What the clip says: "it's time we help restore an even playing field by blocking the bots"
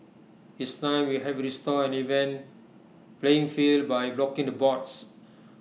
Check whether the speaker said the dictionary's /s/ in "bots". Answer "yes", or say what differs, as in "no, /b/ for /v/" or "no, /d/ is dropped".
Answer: yes